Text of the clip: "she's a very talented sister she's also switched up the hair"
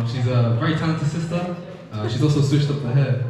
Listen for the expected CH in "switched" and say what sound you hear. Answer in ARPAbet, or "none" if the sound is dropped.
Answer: SH